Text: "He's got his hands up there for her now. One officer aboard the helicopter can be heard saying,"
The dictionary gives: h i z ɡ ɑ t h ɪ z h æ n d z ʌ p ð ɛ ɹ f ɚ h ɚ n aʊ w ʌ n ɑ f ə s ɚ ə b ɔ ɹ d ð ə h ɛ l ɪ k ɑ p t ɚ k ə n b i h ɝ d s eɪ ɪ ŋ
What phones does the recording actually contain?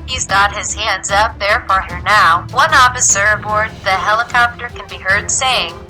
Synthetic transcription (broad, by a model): h i z ɡ ɑ t h ɪ z h æ n d z ʌ p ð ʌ ɹ f ɚ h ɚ n aʊ w ʌ n ɑ f ə s ɚ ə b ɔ ɹ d ð ə h ɛ l ɪ k ɑ p t ɚ k ə n b i h ɝ d s eɪ ɪ ŋ